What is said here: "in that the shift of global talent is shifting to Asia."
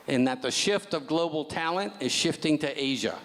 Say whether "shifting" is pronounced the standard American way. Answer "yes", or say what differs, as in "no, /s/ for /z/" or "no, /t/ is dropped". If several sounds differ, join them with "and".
yes